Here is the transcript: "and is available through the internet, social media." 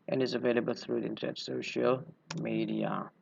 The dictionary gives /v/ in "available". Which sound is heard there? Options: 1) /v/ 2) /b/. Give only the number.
1